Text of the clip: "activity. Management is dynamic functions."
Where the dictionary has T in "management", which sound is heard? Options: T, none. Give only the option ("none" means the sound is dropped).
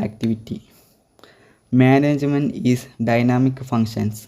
none